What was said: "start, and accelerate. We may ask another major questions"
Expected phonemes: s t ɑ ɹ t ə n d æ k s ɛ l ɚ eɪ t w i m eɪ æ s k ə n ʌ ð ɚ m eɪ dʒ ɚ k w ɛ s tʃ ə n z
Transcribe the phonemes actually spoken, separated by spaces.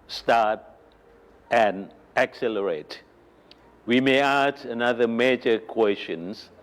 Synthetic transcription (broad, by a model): s t ɑ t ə n æ k s ɛ l ɚ eɪ t w i m eɪ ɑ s ə n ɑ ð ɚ m eɪ dʒ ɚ k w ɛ s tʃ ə n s